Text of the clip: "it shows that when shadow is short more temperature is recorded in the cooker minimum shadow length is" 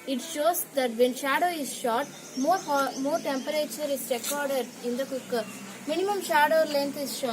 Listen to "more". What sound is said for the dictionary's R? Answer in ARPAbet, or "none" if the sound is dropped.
R